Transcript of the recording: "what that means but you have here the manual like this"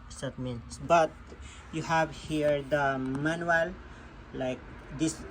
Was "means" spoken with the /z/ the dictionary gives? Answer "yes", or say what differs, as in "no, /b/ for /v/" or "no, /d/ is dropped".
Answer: no, /z/ is dropped